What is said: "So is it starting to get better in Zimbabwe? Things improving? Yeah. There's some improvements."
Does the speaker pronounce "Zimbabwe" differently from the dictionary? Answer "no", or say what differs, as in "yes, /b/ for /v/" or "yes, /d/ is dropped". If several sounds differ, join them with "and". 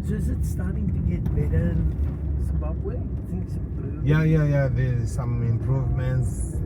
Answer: yes, /m/ is dropped